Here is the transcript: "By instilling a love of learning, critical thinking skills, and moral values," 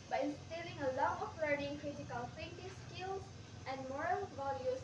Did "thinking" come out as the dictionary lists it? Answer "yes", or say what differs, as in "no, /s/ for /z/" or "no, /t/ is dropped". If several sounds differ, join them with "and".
no, /f/ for /θ/